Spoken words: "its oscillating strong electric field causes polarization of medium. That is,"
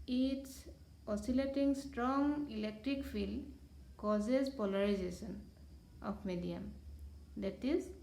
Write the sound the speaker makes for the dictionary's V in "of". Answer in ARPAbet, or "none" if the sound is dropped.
P